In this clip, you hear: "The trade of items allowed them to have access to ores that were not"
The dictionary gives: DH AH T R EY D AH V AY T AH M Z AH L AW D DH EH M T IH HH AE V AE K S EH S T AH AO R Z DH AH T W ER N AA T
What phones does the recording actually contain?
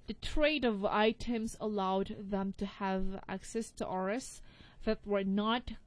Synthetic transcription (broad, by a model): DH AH T R EY D AH V AY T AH M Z AH L AW D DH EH M T IH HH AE V AE K S EH S T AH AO R S DH AH T W ER N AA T